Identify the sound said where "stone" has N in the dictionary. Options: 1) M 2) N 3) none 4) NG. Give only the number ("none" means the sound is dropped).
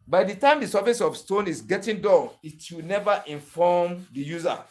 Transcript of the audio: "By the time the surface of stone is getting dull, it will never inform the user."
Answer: 2